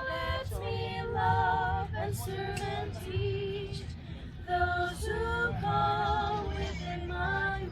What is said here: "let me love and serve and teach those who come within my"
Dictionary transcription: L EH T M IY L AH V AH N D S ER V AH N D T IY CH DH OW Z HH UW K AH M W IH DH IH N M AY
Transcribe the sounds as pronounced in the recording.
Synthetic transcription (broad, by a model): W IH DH M IY L AH V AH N S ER AH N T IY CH DH OW Z HH UW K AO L W IH DH IH N M AY